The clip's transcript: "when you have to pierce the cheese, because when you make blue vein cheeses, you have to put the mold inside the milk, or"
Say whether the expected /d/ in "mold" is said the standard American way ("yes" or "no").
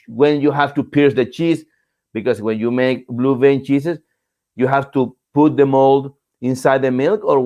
yes